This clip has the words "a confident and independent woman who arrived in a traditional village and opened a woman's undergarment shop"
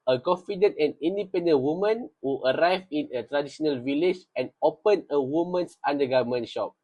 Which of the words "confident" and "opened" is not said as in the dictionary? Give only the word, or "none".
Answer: opened